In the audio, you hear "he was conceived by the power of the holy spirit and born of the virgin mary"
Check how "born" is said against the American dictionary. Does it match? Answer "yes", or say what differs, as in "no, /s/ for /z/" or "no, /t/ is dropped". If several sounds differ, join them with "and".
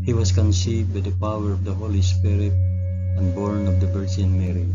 yes